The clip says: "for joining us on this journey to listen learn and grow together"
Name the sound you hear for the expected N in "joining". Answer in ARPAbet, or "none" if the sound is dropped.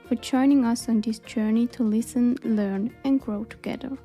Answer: N